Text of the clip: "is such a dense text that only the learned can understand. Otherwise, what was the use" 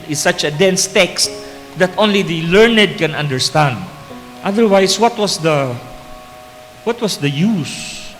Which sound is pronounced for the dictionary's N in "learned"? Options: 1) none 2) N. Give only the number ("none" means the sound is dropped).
2